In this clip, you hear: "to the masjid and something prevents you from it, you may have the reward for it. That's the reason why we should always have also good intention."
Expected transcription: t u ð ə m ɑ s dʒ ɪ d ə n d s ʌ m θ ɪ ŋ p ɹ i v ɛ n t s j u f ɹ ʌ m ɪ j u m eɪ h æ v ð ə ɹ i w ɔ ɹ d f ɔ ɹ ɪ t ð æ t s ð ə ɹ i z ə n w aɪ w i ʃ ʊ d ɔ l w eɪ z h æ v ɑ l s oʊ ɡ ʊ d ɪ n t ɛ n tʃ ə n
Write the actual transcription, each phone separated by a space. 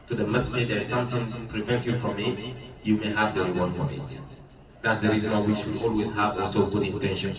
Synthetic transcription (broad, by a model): t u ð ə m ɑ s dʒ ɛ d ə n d s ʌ m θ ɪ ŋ p ɹ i v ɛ n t j u f ɹ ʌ m ɪ j u m eɪ h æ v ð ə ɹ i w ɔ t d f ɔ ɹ ɪ t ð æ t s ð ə ɹ i z ə n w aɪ w i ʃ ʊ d ɔ l w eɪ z h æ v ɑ s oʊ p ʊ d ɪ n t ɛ n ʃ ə n